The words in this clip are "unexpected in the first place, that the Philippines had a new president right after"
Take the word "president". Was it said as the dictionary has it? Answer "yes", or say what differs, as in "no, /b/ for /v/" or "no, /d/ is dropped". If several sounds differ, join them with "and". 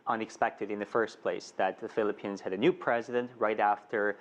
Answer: yes